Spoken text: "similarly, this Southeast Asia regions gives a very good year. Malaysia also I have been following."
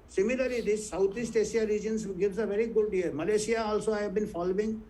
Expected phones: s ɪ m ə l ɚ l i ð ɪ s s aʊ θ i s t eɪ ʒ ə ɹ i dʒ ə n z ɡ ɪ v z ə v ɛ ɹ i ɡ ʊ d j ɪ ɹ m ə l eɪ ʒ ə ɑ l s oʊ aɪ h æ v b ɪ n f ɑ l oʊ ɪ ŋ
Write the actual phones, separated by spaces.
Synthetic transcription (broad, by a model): s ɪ m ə l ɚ l i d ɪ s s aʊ t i s t eɪ s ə ɹ i dʒ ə n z ɡ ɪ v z ə v ɛ ɹ i ɡ ʊ d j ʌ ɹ m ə l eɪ ʃ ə ɑ l s oʊ aɪ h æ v b ɪ n f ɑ l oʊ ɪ ŋ